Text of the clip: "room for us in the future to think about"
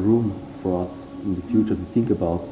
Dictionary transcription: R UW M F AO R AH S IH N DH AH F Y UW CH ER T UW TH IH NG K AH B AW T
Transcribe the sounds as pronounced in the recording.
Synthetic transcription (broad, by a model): R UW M F AO R AH S IH N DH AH F Y UW CH ER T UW TH IH NG K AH B AW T